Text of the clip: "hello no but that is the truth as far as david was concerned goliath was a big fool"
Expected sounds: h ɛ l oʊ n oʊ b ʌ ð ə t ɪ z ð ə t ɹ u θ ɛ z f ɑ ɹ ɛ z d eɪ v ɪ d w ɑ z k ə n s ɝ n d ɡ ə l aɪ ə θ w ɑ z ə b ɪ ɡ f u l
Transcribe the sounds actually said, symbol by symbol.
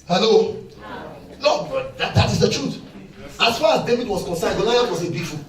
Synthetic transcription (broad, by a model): h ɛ l oʊ l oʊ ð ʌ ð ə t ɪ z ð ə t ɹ u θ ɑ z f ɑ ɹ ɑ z d eɪ v ɪ d w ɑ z k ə n s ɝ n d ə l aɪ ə t w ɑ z ə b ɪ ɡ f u